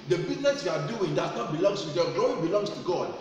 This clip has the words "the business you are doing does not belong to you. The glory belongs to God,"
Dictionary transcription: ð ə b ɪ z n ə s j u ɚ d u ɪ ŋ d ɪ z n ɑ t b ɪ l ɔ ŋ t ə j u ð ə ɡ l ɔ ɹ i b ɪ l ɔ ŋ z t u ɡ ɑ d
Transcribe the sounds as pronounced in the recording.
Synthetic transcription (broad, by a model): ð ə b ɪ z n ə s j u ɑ d u ɪ ŋ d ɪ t n ɑ t b ɪ l ɔ ŋ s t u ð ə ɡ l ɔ i b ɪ l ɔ ŋ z t u ɡ ɑ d